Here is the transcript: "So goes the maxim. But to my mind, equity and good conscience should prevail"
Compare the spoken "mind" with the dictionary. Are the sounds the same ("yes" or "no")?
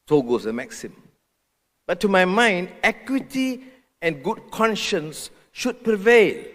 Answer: yes